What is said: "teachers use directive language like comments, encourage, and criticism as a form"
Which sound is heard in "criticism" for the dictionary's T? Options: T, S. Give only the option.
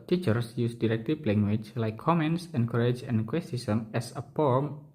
S